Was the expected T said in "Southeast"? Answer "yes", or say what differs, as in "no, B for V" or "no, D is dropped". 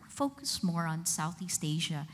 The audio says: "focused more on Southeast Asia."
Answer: yes